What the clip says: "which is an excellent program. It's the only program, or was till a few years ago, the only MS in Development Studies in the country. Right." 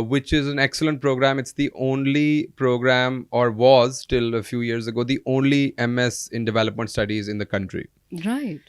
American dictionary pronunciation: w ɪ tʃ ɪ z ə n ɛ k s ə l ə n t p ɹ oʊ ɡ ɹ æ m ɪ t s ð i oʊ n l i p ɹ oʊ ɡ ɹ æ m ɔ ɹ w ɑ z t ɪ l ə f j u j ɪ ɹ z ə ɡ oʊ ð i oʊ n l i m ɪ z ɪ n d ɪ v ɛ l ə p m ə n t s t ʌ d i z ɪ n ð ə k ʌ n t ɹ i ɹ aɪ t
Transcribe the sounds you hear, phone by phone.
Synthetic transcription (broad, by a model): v ɪ tʃ ɪ z ə n ɛ k s ə l ə n t p ɹ oʊ ɡ ɹ æ m ɪ t s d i oʊ n l i p ɹ oʊ ɡ ɹ æ m ɔ ɹ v ɑ z t ɪ l ə f j u j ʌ ɹ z ə ɡ oʊ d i oʊ n l i m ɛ s ɪ n d ɪ v ɛ l ə p m ə n t s t ʌ d i z ɪ n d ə k ʌ n t ɹ i ɹ aɪ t